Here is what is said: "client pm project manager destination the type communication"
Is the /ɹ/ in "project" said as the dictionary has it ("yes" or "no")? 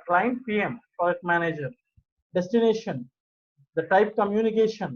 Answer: no